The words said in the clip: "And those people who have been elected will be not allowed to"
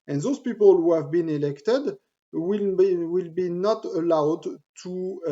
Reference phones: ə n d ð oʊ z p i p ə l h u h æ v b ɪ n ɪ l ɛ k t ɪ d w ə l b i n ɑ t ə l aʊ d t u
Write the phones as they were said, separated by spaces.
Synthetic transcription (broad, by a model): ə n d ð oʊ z p i p ə l h u h æ v b ɪ n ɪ l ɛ k t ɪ d w ə l b i n ɑ t ə l aʊ d t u